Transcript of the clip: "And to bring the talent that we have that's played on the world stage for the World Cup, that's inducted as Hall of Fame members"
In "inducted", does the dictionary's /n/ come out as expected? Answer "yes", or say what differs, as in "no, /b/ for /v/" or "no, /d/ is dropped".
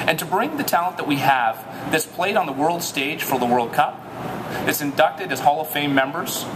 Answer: yes